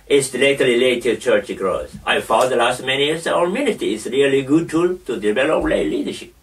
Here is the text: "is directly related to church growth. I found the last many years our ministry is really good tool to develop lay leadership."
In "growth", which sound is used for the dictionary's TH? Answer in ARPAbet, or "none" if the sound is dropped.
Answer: S